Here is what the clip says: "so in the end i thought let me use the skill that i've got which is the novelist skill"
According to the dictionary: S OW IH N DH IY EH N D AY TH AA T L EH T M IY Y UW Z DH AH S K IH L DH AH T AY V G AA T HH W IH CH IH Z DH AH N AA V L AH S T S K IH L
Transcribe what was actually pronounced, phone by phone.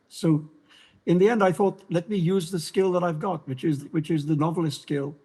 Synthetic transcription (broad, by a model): S OW IH N DH IY EH N D AY TH AA T L EH T M IY Y UW Z DH AH S K IH L DH AH T AY V G AA T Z W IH CH IH Z DH AH N AA V L AH S T S K IH L